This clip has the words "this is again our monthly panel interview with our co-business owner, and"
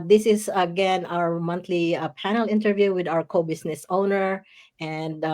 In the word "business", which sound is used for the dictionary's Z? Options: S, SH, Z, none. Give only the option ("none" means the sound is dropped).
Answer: S